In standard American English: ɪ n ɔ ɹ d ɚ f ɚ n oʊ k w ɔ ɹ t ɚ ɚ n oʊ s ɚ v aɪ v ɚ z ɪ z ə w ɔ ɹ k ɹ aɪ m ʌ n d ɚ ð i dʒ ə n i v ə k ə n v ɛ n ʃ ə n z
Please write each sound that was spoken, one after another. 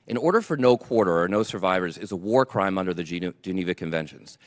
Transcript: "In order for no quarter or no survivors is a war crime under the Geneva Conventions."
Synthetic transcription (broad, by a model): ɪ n ɔ ɹ d ɚ f ɚ n oʊ k w ɔ ɹ t ɚ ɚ n oʊ s ɚ v aɪ v ɚ z ɪ z ə w ɔ ɹ k ɹ aɪ m ʌ n d ɚ ð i dʒ ə n i v ə k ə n v ɛ n ʃ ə n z